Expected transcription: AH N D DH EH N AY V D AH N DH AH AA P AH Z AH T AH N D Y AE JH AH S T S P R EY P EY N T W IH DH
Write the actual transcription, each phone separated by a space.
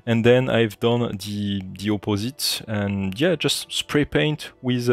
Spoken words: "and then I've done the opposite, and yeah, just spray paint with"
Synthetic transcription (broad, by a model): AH N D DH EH N AY V D AH N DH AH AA P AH Z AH T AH N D Y AE JH AH S T S P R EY P EY N T W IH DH